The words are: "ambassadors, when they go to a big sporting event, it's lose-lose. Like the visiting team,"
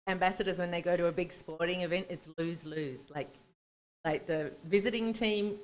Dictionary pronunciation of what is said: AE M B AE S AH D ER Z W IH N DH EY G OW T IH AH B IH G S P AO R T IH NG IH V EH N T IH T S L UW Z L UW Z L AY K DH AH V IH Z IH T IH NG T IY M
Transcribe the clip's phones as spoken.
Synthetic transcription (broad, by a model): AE M B AE S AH D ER Z W IH N DH EY G OW T IH AH B IH G S P AO R T IH NG IH V EH N T IH T S L UW Z L UW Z L AY K DH AH V IH Z IH T IH NG T IY M